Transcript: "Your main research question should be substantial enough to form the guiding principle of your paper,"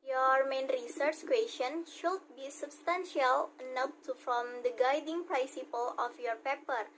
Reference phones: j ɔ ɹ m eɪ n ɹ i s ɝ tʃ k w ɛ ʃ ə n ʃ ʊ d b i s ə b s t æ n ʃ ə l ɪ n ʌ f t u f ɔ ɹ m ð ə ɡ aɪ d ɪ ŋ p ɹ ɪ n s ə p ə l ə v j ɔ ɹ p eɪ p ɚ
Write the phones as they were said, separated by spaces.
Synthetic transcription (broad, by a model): j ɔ ɹ m eɪ n ɹ i s ɝ tʃ k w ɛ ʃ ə n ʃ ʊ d b i s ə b s t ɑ n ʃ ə l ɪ n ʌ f t u f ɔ m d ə ɡ aɪ d ɪ ŋ p ɹ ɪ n s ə p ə l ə f j ɔ ɹ p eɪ p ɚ